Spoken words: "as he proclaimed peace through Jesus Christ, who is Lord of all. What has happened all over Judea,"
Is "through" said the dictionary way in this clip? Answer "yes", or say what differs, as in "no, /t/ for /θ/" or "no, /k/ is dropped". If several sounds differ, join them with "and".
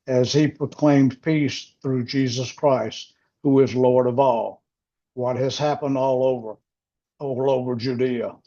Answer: yes